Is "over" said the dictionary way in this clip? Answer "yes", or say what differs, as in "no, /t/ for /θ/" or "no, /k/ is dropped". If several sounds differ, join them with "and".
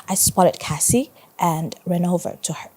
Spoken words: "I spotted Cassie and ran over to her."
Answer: yes